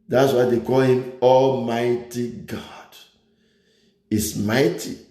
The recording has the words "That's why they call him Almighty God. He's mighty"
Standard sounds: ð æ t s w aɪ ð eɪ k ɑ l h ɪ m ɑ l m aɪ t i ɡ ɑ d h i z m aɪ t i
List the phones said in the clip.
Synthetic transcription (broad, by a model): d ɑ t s w aɪ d eɪ k ɑ l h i m ɑ l m aɪ t i ɡ ɑ d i s m aɪ t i